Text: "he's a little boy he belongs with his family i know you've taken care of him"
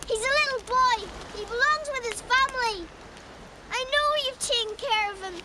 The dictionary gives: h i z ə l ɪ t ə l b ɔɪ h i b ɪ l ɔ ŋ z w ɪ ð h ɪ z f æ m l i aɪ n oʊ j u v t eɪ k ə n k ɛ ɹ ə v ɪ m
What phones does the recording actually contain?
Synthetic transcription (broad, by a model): h i z ə l ɪ t l b ɔɪ h i b ɪ l ɔ ŋ z w ɪ ð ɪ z f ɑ m l i aɪ n oʊ j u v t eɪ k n k ɛ ɹ ə v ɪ m